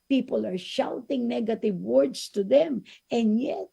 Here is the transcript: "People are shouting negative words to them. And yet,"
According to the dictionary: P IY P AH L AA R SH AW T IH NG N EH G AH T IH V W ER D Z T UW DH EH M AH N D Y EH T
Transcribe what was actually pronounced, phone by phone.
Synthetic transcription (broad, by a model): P IY P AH L AA R SH AW T IH NG N EH G AH T IH V W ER D S T UW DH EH M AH N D Y EH T